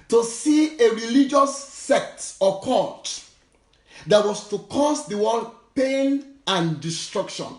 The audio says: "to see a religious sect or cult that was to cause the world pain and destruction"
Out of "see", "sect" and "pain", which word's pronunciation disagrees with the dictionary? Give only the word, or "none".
none